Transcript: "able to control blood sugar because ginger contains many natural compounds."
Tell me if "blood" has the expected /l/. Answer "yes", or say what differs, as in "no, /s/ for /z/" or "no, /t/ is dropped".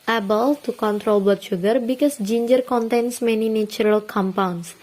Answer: no, /l/ is dropped